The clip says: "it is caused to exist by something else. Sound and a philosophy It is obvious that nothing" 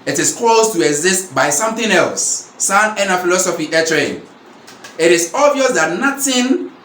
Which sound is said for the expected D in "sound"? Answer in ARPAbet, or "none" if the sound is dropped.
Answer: none